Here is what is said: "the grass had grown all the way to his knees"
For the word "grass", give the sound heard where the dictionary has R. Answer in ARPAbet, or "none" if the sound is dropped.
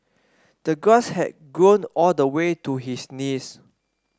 none